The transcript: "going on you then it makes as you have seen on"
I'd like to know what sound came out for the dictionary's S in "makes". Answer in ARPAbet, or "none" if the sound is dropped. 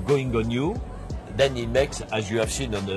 S